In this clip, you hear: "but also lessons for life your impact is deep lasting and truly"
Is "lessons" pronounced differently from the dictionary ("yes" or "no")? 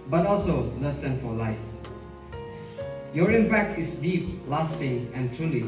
yes